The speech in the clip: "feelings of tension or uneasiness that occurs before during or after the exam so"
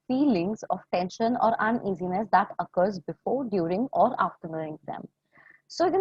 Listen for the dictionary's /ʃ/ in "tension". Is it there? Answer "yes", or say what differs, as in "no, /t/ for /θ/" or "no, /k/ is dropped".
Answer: yes